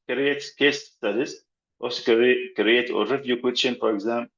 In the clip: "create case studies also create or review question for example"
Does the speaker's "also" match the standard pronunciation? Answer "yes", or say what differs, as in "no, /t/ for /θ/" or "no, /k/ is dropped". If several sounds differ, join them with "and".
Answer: no, /l/ is dropped